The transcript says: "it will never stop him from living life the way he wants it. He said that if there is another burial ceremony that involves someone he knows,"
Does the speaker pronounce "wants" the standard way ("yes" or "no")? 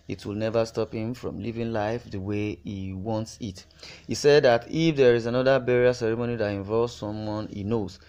yes